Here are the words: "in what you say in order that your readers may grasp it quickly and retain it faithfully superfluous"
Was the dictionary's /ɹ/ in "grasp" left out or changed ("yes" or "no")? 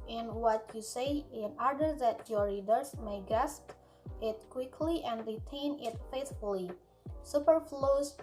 yes